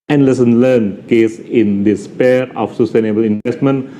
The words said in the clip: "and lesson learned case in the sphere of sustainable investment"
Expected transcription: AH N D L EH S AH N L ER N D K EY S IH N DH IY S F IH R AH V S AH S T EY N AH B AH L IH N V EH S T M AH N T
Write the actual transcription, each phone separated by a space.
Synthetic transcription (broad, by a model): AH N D L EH S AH N L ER N K EY S IH N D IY S P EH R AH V S AH S T EY N AH B AH L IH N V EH S T M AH N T